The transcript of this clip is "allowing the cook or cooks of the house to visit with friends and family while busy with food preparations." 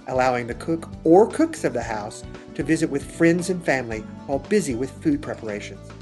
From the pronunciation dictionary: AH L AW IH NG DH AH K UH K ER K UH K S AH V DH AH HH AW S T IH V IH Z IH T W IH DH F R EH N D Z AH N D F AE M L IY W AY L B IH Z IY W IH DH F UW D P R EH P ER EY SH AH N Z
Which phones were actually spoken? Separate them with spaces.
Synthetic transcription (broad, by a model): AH L AW IH NG DH AH K UH K ER K UH K S AH V DH AH HH AW S T IH V IH Z IH T W IH DH F R EH N D Z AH N F AE M L IY W AY L B IH Z IY W IH DH F UW D P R EH P ER EY SH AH N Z